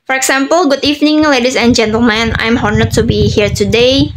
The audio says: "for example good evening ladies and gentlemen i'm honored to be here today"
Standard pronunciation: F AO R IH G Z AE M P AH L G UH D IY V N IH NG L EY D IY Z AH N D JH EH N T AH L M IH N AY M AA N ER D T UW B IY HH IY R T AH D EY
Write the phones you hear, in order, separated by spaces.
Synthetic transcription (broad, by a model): F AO R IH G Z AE M P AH L G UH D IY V N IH NG L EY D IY S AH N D JH EH N T AH L M IH N AY M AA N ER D T UW B IY HH IY R T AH D EY